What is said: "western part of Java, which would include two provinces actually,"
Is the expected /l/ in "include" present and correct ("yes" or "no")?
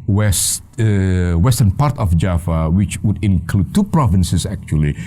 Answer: yes